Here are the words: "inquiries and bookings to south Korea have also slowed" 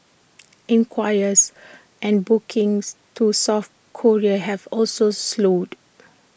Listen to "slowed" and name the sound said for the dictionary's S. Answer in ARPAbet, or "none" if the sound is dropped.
S